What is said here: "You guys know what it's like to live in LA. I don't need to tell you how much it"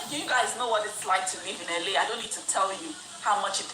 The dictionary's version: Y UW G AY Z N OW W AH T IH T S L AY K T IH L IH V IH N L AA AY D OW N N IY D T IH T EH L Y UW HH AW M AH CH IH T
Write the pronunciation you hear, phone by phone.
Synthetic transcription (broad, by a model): Y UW G AY Z N OW W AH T IH T S L AY K T IH L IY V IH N L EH AY D OW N N IY D T IH T EH L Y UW HH AW M AH CH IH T